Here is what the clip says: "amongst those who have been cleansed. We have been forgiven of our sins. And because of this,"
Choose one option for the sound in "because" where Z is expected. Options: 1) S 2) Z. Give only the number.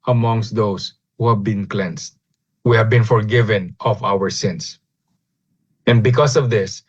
1